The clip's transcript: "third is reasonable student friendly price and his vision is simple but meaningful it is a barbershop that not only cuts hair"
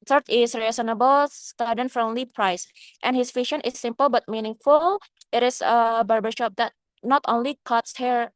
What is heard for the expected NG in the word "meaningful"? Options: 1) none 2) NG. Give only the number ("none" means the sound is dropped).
2